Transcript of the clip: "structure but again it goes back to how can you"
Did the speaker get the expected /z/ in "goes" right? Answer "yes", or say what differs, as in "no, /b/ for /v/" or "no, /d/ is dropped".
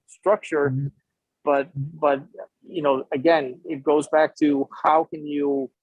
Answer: yes